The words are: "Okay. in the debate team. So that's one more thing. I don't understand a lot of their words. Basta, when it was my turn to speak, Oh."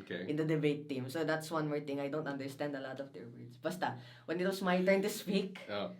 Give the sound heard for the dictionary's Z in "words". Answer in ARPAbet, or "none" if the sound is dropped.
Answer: S